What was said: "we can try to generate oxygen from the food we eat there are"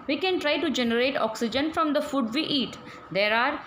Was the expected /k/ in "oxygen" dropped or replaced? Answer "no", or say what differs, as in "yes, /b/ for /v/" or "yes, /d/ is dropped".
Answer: no